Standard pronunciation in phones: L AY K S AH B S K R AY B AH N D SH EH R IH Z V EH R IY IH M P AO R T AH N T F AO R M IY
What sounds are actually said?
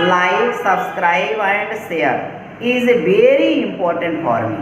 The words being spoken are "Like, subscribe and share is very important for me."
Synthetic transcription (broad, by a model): L AY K S AH B S K R AY B AH N D S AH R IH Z V EH R IY IH M P AO R T AH N T F AO R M